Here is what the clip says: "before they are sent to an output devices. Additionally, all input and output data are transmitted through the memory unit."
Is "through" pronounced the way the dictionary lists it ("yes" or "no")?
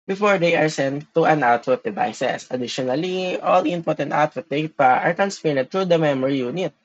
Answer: no